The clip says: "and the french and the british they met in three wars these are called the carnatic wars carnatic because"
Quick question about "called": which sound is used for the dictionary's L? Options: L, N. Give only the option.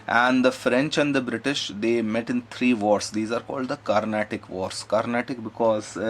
L